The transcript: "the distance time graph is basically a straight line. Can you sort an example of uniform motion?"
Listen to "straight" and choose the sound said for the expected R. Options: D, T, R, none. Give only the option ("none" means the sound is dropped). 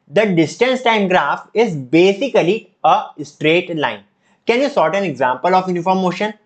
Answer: R